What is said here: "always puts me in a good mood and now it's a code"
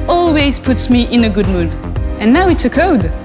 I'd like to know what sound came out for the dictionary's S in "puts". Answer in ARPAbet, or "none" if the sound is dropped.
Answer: S